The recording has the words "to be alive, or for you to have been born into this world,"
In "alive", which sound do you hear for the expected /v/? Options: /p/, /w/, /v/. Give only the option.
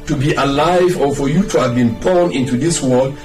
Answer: /v/